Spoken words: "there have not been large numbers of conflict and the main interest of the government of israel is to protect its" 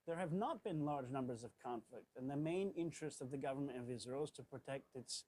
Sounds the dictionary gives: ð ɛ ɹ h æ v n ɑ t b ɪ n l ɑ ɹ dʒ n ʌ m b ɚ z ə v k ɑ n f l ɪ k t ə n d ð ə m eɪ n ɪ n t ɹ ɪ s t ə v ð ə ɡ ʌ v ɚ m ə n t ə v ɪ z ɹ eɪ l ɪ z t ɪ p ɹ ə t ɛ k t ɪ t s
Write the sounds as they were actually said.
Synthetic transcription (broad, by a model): ð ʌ ɹ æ v n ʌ t b ɪ n l ɑ ɹ dʒ n ʌ m b ɚ z ə v k ɑ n f l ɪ k t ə n ð ə m eɪ n ɪ n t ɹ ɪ s t ə v ð ə ɡ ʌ v ɚ m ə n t ə v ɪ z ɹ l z t ɪ p ɹ ə t ɛ k t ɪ t s